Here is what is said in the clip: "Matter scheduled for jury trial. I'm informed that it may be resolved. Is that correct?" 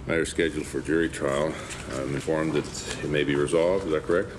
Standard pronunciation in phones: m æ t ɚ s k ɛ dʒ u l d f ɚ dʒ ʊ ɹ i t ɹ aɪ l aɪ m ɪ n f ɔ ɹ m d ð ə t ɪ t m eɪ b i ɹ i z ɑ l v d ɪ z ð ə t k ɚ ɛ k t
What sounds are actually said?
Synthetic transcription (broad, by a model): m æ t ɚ s k ɛ dʒ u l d f ɚ dʒ ʊ ɹ i t ɹ aɪ l aɪ m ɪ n f ɔ ɹ m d ð ə t ɪ t m eɪ b i ɹ i z ɑ l v d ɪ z ð ə t k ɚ ɛ k t